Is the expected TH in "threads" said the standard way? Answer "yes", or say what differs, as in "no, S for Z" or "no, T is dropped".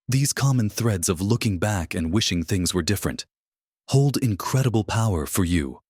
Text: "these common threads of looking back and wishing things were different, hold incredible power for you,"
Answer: yes